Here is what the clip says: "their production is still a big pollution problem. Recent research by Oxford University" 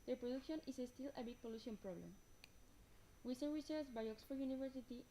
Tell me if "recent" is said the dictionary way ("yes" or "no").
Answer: no